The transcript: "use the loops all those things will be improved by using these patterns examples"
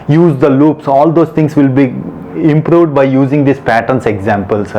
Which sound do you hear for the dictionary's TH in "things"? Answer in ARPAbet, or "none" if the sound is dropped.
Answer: T